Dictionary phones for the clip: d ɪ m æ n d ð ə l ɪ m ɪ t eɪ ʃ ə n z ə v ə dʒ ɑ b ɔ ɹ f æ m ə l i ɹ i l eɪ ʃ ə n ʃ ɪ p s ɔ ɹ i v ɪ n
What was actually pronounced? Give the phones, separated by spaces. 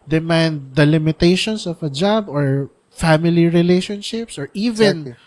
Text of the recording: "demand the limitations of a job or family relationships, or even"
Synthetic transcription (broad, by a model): d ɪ m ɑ n d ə l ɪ m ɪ t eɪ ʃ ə n s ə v ə dʒ ɑ b ɔ ɹ f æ m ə l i ɹ i l eɪ ʃ ə n ʃ ɪ p s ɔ ɹ i v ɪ n